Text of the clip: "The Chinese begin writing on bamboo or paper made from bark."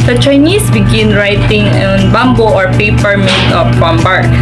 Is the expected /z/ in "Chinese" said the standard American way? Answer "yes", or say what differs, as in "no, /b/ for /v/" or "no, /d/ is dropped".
no, /s/ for /z/